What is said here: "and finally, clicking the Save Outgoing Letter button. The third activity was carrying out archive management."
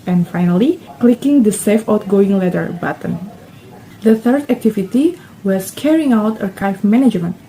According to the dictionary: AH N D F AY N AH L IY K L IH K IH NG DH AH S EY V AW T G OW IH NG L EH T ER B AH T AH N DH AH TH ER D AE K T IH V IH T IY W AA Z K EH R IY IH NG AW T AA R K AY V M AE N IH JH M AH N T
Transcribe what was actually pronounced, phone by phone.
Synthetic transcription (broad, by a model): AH N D F AY N AH L IY K L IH K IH NG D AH S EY F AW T G OW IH NG L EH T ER B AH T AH N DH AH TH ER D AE K T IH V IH T IY W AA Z K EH R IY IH NG AW T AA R K AY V M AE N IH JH M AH N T